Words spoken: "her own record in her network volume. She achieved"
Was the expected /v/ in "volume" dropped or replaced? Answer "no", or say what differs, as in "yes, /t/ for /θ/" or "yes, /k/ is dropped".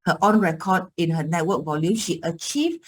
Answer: no